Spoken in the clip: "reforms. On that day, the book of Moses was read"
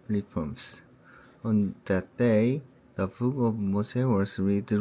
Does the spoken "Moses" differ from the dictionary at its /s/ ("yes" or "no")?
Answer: yes